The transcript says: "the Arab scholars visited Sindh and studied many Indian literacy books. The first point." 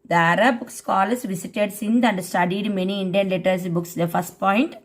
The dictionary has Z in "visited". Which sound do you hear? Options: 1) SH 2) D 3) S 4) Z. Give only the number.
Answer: 3